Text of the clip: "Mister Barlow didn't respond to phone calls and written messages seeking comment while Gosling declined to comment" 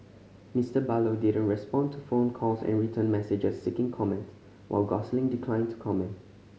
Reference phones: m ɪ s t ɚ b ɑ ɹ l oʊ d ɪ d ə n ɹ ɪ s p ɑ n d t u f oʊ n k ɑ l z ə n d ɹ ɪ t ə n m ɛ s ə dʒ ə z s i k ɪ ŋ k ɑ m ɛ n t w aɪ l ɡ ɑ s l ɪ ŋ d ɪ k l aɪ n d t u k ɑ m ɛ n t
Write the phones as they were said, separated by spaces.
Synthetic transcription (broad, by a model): m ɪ s t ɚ b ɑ l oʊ d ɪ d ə n ɹ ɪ s p ɑ n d t u f oʊ n k ɑ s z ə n ɹ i t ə n m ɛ s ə dʒ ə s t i k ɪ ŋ k ɑ m ɛ n t w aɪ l ɡ ɑ s l ɪ ŋ d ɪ k l aɪ n t u k ɑ m ɛ n t